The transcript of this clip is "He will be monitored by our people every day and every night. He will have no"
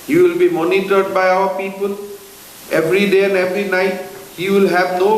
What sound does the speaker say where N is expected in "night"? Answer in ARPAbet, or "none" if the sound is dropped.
N